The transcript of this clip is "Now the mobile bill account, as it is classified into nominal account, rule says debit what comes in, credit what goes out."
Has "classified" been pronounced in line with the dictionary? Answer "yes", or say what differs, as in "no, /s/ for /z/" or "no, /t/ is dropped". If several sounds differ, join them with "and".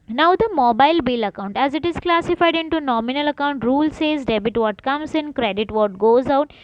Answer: yes